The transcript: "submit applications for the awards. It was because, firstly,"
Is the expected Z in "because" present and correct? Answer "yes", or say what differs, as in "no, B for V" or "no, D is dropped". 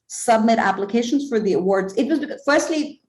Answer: no, Z is dropped